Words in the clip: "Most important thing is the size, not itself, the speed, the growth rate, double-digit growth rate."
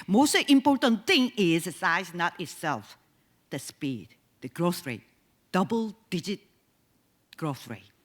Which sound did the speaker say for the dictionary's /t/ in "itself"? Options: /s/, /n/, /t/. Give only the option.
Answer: /t/